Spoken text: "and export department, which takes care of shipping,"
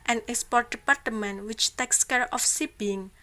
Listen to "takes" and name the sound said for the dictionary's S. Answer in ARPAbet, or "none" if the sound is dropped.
S